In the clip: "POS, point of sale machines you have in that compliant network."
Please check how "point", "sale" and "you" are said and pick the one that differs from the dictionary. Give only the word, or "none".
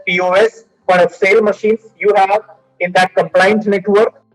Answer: point